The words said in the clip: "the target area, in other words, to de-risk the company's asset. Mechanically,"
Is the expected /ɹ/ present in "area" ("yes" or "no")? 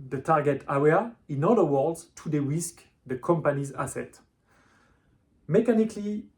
no